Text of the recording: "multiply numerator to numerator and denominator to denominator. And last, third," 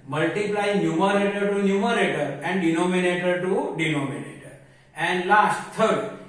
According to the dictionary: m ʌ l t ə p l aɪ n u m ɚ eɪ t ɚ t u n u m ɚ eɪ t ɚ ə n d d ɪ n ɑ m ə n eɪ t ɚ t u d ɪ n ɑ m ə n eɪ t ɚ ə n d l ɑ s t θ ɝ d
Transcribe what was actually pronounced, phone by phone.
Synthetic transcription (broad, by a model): m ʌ l t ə p l aɪ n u m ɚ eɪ t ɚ t u n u m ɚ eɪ t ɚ ə n d d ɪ n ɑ m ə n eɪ t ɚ t u d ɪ n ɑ m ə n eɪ t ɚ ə n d l ɑ s t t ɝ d